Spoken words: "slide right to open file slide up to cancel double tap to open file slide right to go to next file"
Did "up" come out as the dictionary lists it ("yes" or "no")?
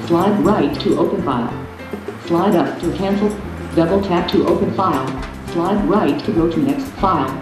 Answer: yes